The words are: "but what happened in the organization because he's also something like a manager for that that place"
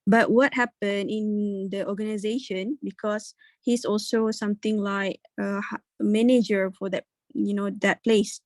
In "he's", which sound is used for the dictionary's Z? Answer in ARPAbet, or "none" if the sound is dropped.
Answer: S